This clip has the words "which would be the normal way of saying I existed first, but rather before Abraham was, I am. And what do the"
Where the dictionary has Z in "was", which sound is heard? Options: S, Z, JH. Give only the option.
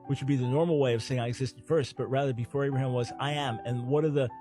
Z